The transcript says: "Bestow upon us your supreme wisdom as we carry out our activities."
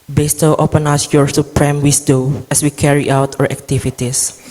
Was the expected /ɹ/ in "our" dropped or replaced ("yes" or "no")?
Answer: no